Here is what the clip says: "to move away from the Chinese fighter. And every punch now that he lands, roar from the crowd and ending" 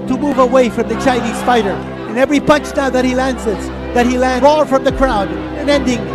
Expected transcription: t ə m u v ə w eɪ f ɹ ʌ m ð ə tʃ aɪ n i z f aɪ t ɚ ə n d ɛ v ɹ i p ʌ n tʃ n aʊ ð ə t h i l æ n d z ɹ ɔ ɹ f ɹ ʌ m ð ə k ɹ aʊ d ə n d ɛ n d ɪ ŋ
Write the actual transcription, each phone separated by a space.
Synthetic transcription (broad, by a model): t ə m u v ə w eɪ f ɹ ʌ m ð ə tʃ aɪ n i z f aɪ t ɚ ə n ɛ v ɹ i p ʌ n tʃ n aʊ ð ə t h i l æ n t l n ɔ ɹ f ɹ ʌ m ð ə k ɹ aʊ d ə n ɛ n d ɪ ŋ